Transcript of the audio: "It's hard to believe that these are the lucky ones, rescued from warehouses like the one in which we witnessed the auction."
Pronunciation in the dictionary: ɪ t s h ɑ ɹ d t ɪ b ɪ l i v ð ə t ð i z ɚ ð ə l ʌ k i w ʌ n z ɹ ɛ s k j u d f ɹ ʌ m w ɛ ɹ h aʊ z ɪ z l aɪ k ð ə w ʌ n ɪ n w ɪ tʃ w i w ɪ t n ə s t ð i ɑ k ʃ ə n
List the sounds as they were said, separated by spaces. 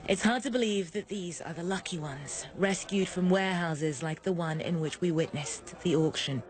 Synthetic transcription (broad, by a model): ɪ t s h ɑ ɹ d t ɪ b ɪ l i v ð ə t ð i z ɚ ð ə l ʌ k i w ʌ n z ɹ ɛ s k j u d f ɹ ʌ m w ɛ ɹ h aʊ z ɪ z l aɪ k ð ə w ʌ n ɪ n w ɪ tʃ w i w ɪ t n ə s ð i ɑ k ʃ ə n